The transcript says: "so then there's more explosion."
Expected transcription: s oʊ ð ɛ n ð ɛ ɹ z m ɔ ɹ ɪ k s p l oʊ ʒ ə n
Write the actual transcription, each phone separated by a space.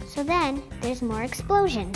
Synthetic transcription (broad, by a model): s oʊ ð ɛ n ð ɛ ɹ z m ɔ ɹ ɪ k s p l oʊ ʒ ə n